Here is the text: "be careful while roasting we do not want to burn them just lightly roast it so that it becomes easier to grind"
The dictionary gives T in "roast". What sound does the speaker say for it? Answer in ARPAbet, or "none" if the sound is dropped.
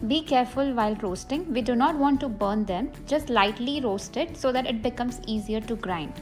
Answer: T